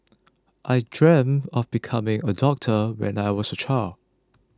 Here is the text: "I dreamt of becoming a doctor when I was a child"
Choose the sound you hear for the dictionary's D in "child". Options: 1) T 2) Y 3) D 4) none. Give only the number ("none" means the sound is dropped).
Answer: 4